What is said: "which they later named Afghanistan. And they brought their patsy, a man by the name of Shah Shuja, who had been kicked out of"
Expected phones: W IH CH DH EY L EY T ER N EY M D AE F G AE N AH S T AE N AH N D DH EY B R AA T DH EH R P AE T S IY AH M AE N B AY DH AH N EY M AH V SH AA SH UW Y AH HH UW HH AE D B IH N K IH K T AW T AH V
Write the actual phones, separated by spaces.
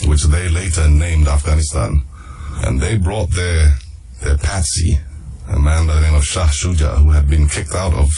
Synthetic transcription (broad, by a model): W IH CH DH EY L EY T ER N EY M D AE F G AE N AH S T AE N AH N DH EY B R AA T DH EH R P AE T S IY AH M AE N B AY DH AH N EY M AH V SH AA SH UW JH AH HH UW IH D B IH N K IH K T AW T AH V